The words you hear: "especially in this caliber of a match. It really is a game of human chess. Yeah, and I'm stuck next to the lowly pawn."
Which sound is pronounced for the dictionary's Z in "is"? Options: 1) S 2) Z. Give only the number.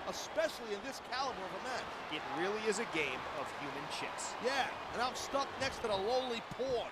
2